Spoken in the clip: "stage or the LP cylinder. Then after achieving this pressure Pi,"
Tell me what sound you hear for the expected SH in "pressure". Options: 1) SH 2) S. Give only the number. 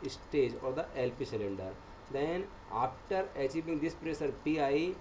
2